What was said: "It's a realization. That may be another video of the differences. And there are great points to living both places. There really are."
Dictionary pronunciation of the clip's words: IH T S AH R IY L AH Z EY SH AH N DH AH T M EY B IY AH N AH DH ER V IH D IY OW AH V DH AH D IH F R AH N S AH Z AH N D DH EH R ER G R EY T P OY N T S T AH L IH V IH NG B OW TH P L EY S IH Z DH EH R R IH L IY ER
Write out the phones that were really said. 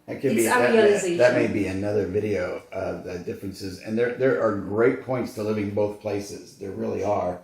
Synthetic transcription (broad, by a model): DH AH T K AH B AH DH AH T M EY B IY AH N AH DH ER V IH D IY OW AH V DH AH D IH F R AH N S AH Z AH N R DH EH R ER G R EY T P OY N T S T AH L IH V IH NG B OW TH P L EY S IH Z DH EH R R IH L IY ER